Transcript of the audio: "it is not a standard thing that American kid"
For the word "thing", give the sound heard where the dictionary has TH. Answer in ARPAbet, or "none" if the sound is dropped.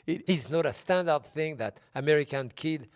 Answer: TH